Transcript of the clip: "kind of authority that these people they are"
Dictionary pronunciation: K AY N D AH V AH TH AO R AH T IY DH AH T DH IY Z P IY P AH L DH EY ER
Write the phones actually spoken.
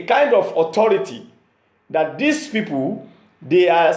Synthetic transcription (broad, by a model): K AY N D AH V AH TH AO R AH T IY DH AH T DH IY S P IY P AH L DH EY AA